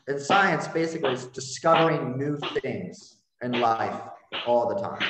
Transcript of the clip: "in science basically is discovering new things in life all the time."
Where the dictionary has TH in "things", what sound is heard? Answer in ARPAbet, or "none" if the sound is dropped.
TH